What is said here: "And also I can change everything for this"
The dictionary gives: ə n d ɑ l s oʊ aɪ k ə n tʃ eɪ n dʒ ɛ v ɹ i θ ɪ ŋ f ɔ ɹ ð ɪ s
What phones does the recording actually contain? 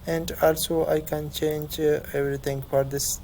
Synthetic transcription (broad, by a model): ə n d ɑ l s oʊ aɪ k ə n tʃ eɪ n dʒ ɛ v ɹ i t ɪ ŋ f ɔ ɹ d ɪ s